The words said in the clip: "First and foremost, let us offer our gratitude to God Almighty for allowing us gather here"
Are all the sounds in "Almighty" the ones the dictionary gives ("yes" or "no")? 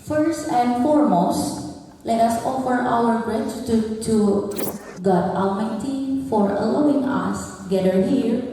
no